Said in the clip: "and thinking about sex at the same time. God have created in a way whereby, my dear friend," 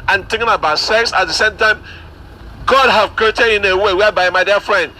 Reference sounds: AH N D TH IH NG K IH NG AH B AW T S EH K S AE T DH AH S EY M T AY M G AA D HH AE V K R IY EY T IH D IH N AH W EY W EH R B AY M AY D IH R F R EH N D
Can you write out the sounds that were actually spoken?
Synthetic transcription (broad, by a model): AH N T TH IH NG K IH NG AH B AW T S EH K S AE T DH AH S EY M T AY M G AA D HH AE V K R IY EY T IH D IH N AH W EY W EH B AY M AY D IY F R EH N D